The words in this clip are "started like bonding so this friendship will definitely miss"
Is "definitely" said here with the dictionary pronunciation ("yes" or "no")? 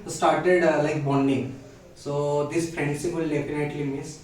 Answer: no